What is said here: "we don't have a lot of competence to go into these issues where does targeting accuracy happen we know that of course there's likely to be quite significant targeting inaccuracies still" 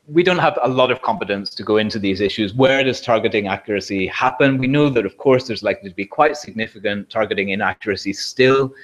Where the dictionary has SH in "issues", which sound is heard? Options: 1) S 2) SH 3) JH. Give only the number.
2